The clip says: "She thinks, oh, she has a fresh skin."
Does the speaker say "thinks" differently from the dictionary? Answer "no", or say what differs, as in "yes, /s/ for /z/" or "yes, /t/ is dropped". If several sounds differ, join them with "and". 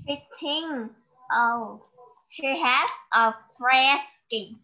yes, /t/ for /θ/